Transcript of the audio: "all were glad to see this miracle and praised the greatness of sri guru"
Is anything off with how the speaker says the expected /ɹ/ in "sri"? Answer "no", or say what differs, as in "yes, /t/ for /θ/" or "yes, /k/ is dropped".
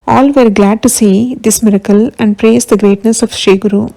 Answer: yes, /ɹ/ is dropped